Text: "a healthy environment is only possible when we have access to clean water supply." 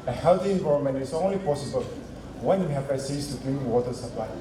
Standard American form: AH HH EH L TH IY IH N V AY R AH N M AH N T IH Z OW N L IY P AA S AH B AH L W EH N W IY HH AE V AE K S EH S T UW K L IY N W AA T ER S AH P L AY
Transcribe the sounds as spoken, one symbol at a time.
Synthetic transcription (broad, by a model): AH HH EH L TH IY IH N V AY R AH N M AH N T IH S OW N L IY P AA S AH B AH L W EH N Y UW HH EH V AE S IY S T UW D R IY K W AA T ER S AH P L AY